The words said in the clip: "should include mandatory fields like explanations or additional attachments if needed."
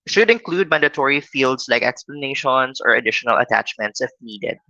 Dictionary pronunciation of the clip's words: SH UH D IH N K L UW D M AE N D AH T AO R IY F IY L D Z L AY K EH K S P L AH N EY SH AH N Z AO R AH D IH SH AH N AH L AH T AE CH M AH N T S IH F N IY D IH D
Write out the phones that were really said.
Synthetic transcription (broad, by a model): SH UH D IH N K L UW D M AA N D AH T AO R IY F IY L D S L AY K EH K S P L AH N EY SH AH N S AO R AH D IH SH AH N AH L AH T AE CH M AH N T S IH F N IY D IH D